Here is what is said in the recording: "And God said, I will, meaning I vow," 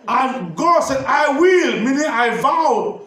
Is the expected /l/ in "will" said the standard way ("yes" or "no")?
yes